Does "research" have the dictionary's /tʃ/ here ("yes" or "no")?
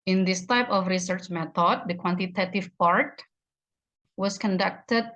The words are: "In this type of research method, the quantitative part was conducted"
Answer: yes